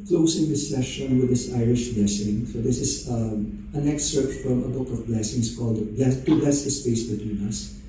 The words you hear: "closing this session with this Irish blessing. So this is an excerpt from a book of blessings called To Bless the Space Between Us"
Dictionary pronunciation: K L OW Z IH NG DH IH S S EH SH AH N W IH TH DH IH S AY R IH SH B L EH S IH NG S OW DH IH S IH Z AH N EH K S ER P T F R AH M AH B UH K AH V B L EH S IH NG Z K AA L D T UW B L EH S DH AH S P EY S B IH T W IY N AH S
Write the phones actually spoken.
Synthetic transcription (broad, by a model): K L OW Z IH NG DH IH S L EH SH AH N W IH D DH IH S AY R IH SH B L EH S IH NG S OW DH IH S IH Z AH N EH K S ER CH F R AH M AH B UH K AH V B L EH S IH NG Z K AA L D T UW B L EH S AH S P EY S B IH T W IY N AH S